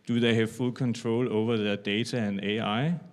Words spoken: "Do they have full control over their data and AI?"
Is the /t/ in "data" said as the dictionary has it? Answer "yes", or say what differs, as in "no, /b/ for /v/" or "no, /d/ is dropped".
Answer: no, /s/ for /t/